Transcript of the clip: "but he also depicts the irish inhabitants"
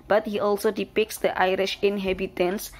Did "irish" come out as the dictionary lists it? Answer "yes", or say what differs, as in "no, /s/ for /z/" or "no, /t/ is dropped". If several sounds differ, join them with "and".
yes